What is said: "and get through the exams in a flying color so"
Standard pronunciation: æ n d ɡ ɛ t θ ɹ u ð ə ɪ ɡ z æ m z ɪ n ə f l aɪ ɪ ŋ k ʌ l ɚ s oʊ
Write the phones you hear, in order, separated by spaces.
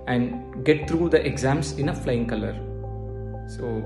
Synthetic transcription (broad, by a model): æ n d ɡ ɛ t t ɹ u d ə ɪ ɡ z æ m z ɪ n ə f l aɪ ɪ ŋ k ʌ l ɚ s oʊ